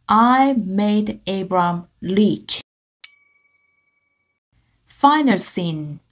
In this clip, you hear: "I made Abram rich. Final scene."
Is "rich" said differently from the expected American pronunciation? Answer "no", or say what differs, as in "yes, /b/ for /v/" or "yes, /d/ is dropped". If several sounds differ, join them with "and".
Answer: yes, /l/ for /ɹ/